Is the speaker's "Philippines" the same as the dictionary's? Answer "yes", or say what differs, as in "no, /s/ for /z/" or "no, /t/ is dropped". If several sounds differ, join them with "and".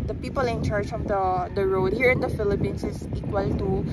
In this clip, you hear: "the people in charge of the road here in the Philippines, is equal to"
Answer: no, /s/ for /z/